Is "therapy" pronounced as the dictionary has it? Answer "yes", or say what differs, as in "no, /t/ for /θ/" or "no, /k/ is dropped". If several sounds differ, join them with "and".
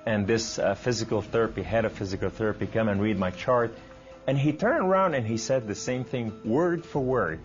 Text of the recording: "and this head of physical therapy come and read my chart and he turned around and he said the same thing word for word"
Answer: yes